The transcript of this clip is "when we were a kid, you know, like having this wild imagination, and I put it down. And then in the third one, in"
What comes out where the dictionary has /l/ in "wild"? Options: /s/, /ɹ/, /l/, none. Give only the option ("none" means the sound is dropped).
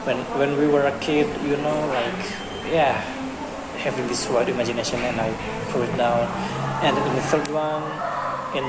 none